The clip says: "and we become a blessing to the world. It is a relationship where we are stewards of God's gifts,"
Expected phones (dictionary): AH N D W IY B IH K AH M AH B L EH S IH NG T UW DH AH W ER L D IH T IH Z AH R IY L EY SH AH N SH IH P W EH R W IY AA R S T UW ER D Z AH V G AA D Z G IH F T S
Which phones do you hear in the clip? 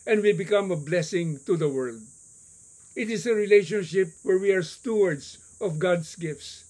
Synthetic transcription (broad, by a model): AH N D W IY B IH K AH M AH B L EH S IH NG T UW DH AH W ER L D IH T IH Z AH R IY L EY SH AH N SH IH P W EH R W IY AA R S T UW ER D S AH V G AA D S G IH F T S